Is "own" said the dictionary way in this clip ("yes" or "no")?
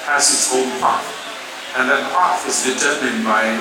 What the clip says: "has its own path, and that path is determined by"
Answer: no